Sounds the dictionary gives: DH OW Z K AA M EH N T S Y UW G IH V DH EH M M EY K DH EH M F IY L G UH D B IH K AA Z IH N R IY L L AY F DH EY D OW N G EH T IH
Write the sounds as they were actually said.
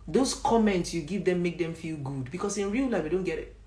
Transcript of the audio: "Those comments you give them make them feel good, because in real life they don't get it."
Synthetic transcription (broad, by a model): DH OW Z K AA M EH N T S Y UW G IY V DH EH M M EY K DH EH M F IY L G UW D B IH K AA S IH N R IY L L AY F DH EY D OW N G EH T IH